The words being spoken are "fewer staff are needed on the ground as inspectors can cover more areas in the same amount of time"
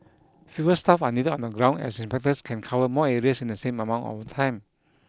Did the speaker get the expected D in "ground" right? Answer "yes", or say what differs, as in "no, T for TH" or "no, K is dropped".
no, D is dropped